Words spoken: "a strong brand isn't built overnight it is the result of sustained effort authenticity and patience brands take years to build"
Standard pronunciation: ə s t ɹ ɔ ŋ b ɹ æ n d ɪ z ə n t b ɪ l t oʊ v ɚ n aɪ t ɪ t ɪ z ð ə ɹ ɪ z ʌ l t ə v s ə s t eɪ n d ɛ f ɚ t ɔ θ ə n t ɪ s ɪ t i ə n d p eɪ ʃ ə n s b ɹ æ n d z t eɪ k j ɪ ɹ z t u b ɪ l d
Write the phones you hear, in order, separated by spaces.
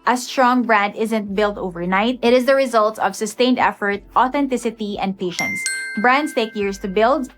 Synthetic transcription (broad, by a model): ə s t ɹ ɔ ŋ b ɹ æ n d ɪ z ə n t b ɪ l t oʊ v ɚ n aɪ t ɪ t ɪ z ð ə ɹ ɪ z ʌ l t ə v s ə s t eɪ n d ɛ f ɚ t ɔ θ ə n t ɪ s ɪ t i ə n d p eɪ ʃ ə n s b ɹ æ n d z t eɪ k j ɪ ɹ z t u b ɪ l d